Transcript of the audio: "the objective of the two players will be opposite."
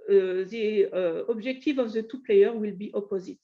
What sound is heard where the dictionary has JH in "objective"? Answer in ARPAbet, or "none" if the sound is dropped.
ZH